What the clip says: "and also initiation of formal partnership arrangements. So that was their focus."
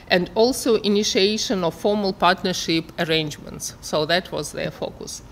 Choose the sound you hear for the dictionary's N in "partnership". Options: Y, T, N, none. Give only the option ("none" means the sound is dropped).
N